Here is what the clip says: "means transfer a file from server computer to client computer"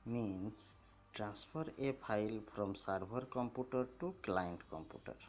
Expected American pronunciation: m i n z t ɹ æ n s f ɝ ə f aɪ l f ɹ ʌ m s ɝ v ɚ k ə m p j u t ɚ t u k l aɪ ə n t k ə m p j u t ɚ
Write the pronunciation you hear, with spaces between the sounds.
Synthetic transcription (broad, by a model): m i n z t ɹ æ n s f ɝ ə p aɪ l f ɹ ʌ m s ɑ b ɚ k ə m p j u t ɚ t u k l aɪ ə n t k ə m p j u t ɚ